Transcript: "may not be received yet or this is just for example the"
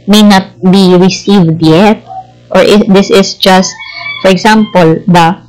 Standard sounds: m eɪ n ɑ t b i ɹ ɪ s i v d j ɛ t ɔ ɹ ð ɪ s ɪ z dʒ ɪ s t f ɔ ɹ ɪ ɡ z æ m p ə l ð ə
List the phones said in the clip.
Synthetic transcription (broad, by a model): m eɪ n ɑ t b i ɹ ɪ s i v d j ɛ t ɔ ɹ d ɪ s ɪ s dʒ ɪ s t f ɔ ɹ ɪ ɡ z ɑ m p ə l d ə